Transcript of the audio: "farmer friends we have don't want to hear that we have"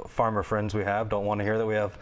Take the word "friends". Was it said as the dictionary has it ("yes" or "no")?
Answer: yes